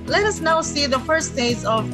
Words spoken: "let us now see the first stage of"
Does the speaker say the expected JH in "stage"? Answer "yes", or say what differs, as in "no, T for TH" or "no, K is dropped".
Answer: no, Z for JH